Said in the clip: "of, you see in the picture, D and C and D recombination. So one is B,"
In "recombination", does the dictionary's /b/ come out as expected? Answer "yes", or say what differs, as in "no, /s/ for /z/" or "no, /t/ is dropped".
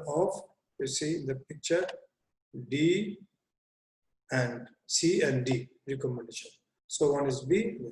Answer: no, /b/ is dropped